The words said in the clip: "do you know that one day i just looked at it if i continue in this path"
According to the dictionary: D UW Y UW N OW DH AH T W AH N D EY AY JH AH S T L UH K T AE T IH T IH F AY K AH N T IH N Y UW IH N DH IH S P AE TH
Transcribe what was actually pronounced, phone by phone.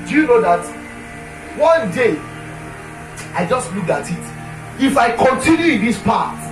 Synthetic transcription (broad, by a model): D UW Y UW N OW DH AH T W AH N D EY AY JH AH S T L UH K AA T IH T IH F AY K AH N T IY N Y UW IH N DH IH S P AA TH